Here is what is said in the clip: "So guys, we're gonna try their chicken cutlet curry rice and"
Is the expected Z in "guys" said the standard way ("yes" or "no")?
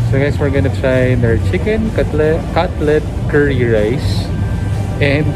no